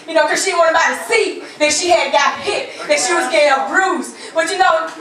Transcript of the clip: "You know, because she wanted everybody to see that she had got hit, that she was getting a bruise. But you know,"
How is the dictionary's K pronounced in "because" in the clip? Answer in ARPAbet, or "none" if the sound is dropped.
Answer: none